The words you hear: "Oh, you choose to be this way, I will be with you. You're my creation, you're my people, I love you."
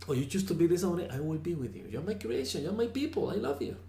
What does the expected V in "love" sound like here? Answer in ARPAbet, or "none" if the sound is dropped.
V